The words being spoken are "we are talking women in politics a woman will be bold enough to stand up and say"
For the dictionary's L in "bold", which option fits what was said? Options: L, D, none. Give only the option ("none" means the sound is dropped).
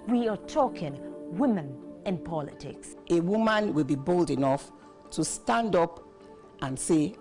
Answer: L